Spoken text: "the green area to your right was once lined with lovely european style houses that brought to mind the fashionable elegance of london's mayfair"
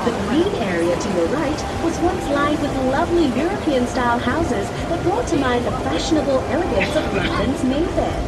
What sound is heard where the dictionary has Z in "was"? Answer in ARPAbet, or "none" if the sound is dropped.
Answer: Z